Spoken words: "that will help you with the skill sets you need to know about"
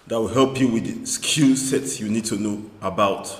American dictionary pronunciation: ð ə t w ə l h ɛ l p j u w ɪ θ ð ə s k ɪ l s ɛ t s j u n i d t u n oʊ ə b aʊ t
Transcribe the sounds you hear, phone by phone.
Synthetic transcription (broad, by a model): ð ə t w ə l h ɛ l p j u w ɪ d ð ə s k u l s ɛ t s j u n i d t u n oʊ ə b aʊ t